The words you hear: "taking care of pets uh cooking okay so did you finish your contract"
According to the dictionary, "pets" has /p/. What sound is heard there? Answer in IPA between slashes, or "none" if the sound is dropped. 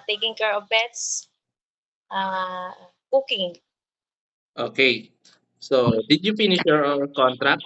/b/